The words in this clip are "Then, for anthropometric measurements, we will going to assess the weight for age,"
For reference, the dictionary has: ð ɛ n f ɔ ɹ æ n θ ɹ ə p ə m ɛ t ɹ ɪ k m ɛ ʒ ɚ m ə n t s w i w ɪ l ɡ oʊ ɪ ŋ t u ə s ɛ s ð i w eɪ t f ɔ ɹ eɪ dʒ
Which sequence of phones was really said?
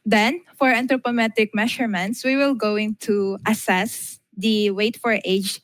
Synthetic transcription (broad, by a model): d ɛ n f ɔ ɹ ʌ n t ɹ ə p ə m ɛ t ɪ k m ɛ ʃ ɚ m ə n t s w i w ɪ l ɡ oʊ ɪ ŋ t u ə s ɛ s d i w eɪ t f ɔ ɹ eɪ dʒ